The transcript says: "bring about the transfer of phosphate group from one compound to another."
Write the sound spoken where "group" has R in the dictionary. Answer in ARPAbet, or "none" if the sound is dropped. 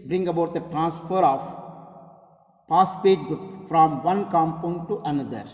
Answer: none